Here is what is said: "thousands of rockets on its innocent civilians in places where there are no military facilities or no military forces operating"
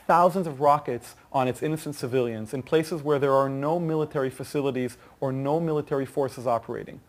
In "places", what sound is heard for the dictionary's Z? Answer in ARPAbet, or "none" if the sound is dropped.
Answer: Z